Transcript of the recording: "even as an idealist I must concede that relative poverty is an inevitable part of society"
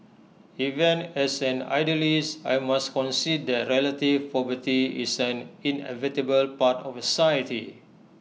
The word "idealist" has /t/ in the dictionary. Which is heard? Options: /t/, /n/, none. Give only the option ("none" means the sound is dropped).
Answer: none